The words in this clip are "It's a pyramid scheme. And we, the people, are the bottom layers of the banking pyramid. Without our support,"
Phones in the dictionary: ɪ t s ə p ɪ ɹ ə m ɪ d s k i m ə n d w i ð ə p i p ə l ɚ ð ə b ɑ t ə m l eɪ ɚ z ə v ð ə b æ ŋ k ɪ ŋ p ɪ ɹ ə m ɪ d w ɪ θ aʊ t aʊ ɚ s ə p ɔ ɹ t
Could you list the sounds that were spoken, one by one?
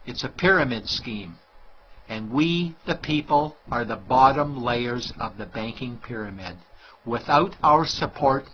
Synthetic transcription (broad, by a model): ɪ t s ə p ɪ ɹ ə m ɪ d s k i m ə n w i ð ə p i p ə l ɚ ð ə b ɑ t ə m l eɪ ɚ z ə v ð ə b æ ŋ k ɪ ŋ p ɪ ɹ ə m ɪ d w ɪ θ aʊ t aʊ ɚ s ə p ɔ ɹ t